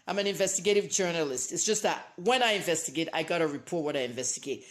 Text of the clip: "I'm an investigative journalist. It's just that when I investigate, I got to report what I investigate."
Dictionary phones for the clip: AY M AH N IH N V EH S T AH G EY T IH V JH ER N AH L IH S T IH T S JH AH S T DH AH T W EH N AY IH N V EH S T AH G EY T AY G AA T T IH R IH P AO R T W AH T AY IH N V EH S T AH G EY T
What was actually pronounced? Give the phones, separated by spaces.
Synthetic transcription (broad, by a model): AY M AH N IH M V EH S T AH G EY T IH V JH ER N AH L IH S T IH T S JH AH S T DH AH T W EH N AY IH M V EH S T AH G EY T AY G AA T T IH R IH P AO R T W AH T AY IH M V EH S T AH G EY T